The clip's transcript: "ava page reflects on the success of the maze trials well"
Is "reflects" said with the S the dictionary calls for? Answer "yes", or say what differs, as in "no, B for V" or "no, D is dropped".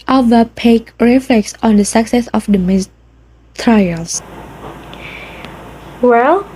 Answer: yes